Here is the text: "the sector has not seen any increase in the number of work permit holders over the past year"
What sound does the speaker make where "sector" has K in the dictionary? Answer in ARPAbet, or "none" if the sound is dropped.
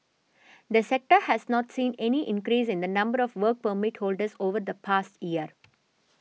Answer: K